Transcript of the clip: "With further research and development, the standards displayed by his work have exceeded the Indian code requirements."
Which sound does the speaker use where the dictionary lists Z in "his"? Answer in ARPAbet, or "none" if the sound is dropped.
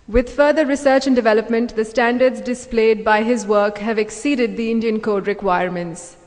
Z